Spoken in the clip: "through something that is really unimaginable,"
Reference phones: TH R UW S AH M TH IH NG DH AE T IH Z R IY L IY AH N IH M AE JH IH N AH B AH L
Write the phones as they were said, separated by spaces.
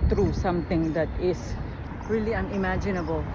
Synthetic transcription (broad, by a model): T R UW S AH M T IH NG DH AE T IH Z R IY L IY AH N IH M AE JH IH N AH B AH L